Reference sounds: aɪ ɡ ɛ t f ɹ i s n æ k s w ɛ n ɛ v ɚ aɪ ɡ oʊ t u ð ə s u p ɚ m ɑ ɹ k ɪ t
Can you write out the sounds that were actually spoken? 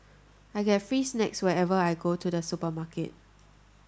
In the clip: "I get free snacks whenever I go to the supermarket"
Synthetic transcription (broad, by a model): aɪ ɡ ɛ t f ɹ i s n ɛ k s w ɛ ɛ v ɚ aɪ ɡ oʊ t u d ə s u p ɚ m ɑ k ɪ t